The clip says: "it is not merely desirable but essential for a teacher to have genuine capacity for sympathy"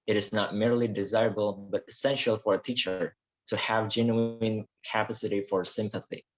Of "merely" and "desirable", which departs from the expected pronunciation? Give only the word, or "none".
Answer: none